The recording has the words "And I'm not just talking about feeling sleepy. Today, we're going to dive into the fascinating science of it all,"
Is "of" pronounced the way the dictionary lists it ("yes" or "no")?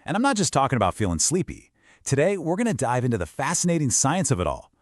yes